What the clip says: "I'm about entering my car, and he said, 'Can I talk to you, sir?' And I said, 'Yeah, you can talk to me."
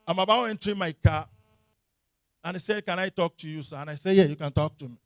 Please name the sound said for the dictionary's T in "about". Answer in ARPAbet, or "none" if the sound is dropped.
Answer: none